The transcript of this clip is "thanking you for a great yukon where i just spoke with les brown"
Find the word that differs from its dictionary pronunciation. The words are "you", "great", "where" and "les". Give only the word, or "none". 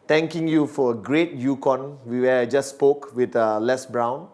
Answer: where